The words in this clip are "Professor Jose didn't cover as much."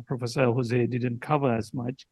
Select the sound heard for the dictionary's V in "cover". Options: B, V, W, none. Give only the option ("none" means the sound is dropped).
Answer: V